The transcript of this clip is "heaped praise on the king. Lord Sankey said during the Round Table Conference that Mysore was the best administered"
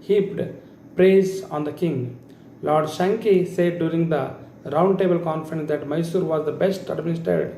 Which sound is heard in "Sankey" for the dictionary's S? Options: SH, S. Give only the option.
SH